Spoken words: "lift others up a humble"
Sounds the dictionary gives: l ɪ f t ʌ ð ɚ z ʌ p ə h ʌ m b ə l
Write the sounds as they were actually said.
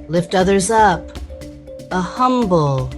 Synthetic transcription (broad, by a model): l ɪ f t ʌ ð ɚ z ʌ p ə h ʌ m b l